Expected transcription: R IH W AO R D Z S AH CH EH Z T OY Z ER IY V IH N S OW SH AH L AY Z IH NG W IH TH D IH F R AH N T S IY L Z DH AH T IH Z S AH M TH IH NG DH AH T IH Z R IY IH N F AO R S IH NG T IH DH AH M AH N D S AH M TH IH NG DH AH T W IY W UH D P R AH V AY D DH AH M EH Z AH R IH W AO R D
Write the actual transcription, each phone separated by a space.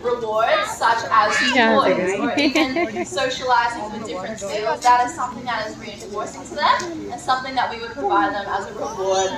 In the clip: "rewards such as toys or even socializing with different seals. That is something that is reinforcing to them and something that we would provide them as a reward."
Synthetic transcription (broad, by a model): R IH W AO R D S AH CH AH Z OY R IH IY IH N S OW SH AH L AY Z IH NG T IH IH D IH F R AH N T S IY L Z DH AH T IH Z S AH M TH IH NG DH AH T IH Z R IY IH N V AO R S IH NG T IH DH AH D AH N S AH M TH IH NG DH AH T W IY W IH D P R AH V AY D DH AH M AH Z AH R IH W AO R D